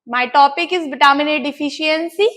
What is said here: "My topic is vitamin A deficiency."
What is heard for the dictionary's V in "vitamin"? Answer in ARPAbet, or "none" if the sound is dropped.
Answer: B